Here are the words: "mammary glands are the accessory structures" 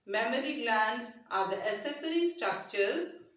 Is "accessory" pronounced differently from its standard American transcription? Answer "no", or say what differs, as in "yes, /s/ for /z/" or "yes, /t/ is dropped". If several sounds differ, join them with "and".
yes, /k/ is dropped